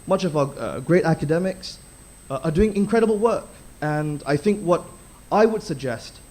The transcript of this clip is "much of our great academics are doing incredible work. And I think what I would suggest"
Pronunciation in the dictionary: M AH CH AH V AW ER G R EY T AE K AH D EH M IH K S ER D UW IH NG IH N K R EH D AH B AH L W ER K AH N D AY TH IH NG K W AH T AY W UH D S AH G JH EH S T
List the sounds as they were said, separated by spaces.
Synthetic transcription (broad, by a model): M AH CH AH V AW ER G R EY T AE K AH D EH M IH K S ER D UW IH NG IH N K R EH D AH B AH L W ER K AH N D AY TH IH NG K W AH T AY W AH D S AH G JH EH S T